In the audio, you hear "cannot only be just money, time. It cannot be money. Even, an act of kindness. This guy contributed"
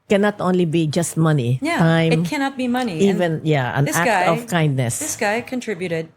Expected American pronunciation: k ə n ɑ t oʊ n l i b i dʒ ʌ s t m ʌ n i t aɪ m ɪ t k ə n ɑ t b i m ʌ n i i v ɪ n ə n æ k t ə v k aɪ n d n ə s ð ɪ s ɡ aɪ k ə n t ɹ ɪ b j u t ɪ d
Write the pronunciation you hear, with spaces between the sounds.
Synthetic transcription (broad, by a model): k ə n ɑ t oʊ n l i b i dʒ ʌ s t m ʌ n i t aɪ ɪ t k ə n ɑ t b i m ʌ n i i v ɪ n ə n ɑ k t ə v k aɪ n d n ə s ð ɪ s ɡ aɪ k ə n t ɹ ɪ b j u t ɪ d